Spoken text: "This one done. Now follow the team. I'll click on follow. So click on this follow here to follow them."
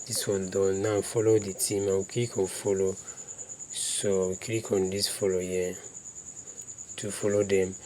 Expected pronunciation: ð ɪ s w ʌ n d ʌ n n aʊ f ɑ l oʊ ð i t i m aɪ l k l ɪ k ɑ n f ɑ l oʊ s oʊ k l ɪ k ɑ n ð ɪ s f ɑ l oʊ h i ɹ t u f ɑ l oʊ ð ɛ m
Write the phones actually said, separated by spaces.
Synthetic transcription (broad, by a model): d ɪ s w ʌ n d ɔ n n aʊ f ɑ l oʊ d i t i m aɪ w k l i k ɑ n f ɑ l oʊ s oʊ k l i k ɑ n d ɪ s f ɑ l oʊ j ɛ t u f ɑ l oʊ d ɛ m